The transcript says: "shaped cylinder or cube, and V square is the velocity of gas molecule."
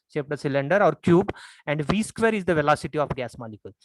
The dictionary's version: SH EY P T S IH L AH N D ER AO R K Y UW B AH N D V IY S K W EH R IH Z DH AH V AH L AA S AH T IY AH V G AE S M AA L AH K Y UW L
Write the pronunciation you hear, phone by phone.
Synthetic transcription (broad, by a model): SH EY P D S IH L AH N D ER AO R K Y UW B AH N D V IY S K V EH R IH Z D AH V AH L AA S AH T IY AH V G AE S M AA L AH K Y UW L